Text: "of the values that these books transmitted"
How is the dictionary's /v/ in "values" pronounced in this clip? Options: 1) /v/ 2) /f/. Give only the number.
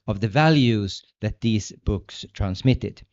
1